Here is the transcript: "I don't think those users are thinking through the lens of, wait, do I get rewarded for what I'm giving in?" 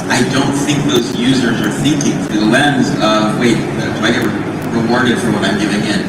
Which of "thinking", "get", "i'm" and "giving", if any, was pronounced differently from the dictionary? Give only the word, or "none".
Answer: none